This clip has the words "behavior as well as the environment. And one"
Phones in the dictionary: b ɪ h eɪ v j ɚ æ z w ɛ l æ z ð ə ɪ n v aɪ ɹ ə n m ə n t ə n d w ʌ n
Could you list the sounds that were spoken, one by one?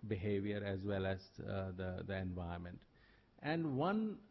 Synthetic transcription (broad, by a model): b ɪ h eɪ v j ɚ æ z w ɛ l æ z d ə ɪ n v aɪ ə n m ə n t ə n d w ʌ n